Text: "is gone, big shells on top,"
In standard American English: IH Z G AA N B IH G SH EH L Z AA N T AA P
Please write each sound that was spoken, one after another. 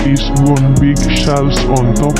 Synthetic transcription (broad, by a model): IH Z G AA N B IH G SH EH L S AA N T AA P